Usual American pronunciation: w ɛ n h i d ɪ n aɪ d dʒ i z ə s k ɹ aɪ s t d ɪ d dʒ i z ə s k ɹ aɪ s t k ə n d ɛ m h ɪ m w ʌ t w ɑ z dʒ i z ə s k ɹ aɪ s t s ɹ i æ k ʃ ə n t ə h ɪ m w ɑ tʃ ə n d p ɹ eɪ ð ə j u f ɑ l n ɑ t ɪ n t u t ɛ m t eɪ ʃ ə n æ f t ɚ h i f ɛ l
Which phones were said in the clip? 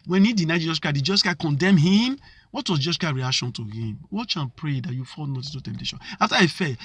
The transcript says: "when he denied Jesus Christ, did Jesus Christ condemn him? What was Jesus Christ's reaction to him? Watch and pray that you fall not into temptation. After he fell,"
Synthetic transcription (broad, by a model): w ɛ n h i d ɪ n aɪ dʒ i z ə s k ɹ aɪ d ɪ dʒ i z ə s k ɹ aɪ k ə n d ɛ m h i m w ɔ t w ɑ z dʒ i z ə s k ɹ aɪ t ɹ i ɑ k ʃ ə n t ə h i m w ɑ tʃ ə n p ɹ eɪ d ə j u f ɑ l n ɑ t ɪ t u t ɛ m t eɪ ʃ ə n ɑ f t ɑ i f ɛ